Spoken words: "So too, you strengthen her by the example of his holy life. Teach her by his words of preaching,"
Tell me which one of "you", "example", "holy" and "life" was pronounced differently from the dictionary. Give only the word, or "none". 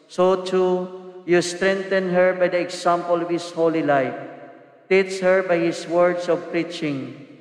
example